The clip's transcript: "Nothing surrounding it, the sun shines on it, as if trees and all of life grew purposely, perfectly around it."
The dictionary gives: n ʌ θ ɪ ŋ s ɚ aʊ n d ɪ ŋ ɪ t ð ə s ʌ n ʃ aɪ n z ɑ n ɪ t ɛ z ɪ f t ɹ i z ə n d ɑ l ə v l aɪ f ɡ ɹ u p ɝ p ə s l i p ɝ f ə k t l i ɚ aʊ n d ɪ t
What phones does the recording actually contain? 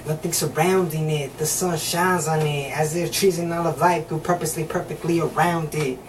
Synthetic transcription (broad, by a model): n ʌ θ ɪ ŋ s ɚ aʊ n d ɪ ŋ ɪ t ð ə s ʌ n ʃ aɪ n z n ɪ t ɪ z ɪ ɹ t ɹ i z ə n ɑ l ə v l aɪ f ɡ u p ɝ p ə s l i p ɝ f ə k t l i ɚ aʊ n d ɪ t